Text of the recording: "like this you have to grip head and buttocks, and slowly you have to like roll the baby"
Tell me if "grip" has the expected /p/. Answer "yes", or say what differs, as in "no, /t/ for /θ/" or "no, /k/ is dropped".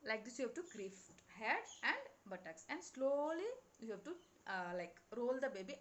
no, /f/ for /p/